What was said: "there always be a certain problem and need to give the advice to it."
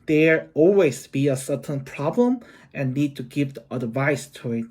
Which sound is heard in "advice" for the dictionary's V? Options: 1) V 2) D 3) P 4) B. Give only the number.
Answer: 1